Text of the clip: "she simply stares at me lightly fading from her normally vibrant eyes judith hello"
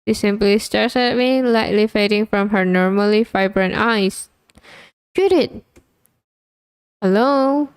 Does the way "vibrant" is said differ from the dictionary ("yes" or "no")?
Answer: yes